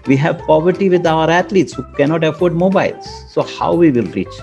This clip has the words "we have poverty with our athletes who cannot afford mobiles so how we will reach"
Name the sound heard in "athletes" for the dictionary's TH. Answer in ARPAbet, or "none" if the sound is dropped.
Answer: T